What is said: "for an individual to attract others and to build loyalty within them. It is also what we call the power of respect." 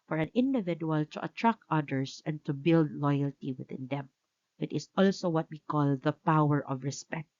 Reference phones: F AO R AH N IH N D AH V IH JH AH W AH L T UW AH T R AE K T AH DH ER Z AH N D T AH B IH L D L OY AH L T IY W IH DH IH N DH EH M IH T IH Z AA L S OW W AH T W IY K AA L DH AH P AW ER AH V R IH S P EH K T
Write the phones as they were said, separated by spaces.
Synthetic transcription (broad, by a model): F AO R AH N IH N D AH V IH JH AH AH L T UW AH T R AE K T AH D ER S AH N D T AH B IH L D L OY AH L T IY W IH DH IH N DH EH M IH T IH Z AA L S OW W AH T W IY K AA L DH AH P AW ER AH V R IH S P EH K T